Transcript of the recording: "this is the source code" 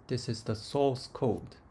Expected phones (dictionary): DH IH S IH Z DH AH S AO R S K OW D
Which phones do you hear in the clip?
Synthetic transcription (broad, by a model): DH IH S IH Z DH AH S AO L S K OW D